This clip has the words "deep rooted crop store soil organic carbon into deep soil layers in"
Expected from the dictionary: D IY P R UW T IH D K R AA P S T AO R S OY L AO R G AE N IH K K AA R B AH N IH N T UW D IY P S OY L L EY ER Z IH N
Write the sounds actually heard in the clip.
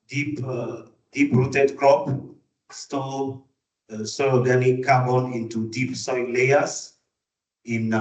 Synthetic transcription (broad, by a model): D IY P R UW T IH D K R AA P S T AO L S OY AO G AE N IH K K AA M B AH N IH N T UW D IY P S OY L L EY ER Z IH N